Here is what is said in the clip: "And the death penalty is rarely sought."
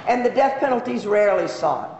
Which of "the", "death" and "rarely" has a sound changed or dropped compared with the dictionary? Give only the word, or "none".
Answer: none